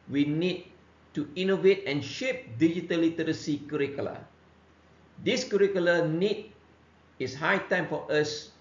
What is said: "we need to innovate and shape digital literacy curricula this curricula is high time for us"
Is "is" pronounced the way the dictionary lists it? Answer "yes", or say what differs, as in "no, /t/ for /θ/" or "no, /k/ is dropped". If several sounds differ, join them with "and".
no, /s/ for /z/